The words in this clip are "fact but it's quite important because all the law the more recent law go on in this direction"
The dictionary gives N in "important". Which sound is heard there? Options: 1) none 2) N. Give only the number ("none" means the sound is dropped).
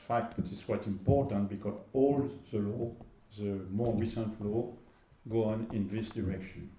2